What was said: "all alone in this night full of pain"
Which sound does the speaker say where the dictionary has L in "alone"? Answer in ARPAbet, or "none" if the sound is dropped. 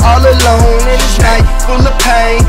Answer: L